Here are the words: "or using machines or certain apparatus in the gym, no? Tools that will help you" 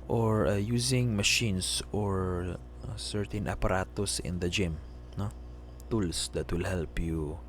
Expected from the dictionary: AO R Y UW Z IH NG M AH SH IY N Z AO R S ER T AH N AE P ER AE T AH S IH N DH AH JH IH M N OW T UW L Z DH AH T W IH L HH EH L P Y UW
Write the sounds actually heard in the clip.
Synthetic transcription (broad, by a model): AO R Y UW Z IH NG M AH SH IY N S AO R S ER T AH N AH P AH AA T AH S IH N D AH JH IH M N OW T UW L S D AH T W IH L HH EH L P Y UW